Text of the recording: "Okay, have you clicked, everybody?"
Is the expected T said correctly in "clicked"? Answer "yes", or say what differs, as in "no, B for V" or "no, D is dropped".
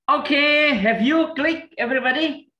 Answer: no, T is dropped